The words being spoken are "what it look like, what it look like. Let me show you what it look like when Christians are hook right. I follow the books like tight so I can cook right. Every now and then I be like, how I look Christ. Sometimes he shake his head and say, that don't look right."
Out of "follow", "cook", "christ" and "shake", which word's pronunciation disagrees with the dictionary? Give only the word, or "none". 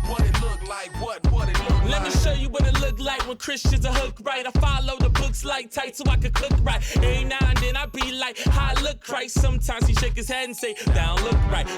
christ